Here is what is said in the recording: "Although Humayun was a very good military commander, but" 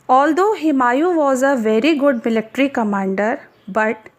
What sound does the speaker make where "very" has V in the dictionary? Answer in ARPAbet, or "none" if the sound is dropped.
V